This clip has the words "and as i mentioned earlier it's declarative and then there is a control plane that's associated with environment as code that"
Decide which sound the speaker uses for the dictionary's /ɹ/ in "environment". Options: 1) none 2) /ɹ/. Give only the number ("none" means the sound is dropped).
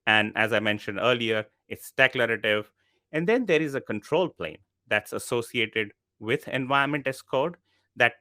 1